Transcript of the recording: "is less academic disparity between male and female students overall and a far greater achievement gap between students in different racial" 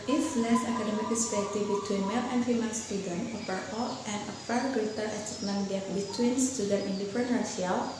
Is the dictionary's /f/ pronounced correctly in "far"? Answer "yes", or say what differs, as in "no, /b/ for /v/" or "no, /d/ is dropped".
no, /p/ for /f/